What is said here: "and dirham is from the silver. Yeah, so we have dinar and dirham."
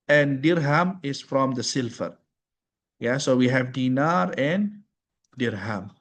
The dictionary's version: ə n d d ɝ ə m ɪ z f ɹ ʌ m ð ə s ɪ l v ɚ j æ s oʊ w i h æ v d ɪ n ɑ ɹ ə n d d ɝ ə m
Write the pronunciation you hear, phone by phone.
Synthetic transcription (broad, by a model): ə n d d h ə m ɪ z f ɹ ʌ m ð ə s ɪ l f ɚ j æ s oʊ w i h æ v d ɪ n ɑ ɹ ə n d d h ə m